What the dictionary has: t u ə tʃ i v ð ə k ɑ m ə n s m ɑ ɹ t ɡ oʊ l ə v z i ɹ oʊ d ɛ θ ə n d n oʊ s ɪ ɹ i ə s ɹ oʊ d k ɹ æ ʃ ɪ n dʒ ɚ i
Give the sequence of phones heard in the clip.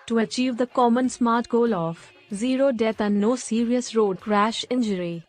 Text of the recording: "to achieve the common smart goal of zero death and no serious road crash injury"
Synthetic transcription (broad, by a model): t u ə tʃ i v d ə k ɑ m ə n s m ɑ ɹ t ɡ oʊ l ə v z i ɹ oʊ d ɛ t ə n n oʊ s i ɹ i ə s ɹ oʊ d k ɹ æ ʃ ɪ n dʒ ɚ i